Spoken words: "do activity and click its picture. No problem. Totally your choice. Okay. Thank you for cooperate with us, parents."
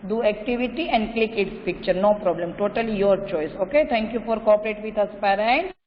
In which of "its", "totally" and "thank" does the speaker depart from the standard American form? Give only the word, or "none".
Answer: thank